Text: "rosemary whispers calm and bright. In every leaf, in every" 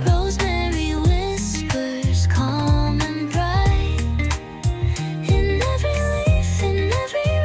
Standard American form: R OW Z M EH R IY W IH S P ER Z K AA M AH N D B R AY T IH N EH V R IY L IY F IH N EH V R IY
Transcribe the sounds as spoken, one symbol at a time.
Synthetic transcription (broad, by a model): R OW Z M EH R IY W IH S P ER Z K AA M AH N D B R AY IH N EH V R IY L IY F IH N EH V R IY